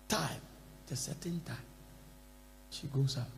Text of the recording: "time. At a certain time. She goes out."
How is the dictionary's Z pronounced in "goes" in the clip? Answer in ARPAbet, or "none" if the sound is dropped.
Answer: S